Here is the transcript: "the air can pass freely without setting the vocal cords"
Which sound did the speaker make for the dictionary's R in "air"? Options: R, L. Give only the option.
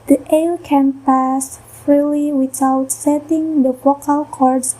L